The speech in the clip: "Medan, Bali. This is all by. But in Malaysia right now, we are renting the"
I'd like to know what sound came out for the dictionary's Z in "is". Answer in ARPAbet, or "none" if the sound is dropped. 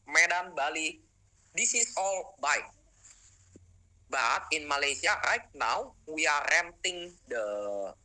S